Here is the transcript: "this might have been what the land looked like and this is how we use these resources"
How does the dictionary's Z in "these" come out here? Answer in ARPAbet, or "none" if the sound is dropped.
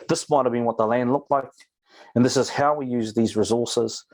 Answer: Z